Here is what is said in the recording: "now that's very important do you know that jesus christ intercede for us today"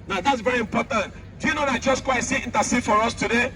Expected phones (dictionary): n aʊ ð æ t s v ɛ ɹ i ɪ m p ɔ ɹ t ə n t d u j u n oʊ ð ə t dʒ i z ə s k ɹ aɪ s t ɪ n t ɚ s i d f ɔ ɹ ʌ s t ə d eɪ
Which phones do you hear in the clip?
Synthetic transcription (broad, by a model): n aʊ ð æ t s v ɛ ɹ i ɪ m p ɔ t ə n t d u j u n oʊ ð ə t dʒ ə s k w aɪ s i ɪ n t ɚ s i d f ɔ ɹ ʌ s t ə d eɪ